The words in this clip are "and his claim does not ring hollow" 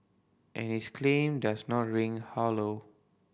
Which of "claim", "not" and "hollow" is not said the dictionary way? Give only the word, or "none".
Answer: none